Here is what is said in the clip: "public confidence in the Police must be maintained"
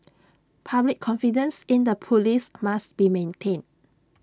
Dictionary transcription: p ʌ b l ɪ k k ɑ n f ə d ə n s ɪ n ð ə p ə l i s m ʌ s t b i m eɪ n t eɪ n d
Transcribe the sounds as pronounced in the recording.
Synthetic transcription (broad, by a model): p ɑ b l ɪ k k ɑ n f ə d ə n s ɪ n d ə p ə l i s m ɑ s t b i m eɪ n t eɪ n